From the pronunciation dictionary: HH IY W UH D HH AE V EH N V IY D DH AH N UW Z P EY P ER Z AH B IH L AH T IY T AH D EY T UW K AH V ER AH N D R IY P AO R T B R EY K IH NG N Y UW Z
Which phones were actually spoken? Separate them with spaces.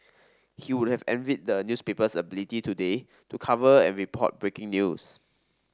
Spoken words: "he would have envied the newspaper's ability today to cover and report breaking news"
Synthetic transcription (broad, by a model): HH IY W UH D HH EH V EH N V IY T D AH N UW S P EY P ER S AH B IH L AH T IY T AH D EY T UW K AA V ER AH N R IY P AO T B R EY K IH NG N Y UW S